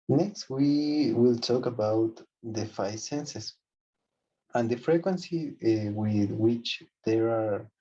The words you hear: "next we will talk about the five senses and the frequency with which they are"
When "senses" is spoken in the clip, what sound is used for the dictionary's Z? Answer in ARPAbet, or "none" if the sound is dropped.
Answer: S